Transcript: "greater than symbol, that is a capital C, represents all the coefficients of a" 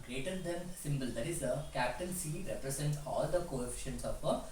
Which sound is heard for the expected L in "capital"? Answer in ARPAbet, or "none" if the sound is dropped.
N